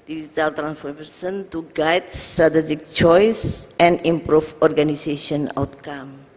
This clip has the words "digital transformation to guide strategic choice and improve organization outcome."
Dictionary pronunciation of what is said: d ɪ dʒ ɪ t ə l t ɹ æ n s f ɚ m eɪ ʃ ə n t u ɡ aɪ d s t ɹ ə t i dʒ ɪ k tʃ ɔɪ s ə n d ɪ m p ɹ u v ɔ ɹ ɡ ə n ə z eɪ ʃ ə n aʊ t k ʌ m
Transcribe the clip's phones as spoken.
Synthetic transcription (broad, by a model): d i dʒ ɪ t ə l t ɹ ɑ n s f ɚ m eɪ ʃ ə n t u ɡ aɪ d s t ɹ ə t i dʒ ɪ k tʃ ɔɪ s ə n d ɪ m p ɹ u f ɔ ɹ ɡ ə n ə s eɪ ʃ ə n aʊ t k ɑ m